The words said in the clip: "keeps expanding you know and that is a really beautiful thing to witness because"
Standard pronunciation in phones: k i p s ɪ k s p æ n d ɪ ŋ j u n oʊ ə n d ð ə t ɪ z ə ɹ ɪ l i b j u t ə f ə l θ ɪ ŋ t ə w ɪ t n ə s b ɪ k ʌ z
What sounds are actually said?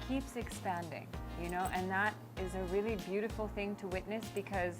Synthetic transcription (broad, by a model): k i p s ɪ k s p æ n d ɪ ŋ j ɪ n oʊ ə n ð ə t ɪ z ə ɹ ɪ l i b j u t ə f l θ ɪ ŋ t ə w ɪ t n ə s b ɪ k ʌ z